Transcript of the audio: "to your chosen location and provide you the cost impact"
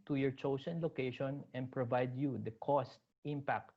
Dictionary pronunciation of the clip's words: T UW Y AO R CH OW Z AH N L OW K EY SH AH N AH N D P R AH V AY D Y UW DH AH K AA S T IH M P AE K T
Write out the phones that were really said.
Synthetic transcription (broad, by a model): T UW Y AO R CH OW S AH N L OW K EY SH AH N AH N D P R AH V AY D Y UW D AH K AA S T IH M P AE K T